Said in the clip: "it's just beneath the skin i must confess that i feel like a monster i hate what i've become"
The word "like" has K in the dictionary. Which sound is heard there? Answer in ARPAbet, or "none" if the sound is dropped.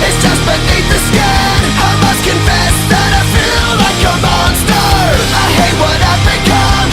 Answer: K